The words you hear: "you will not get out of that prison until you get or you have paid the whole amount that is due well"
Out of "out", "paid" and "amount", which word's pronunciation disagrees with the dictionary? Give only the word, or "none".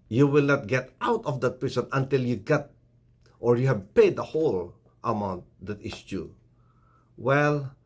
none